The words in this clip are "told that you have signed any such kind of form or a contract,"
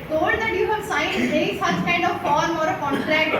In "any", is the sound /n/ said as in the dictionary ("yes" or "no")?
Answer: no